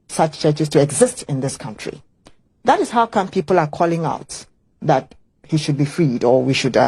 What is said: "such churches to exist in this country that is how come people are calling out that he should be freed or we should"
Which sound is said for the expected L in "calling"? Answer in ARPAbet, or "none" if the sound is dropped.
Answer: L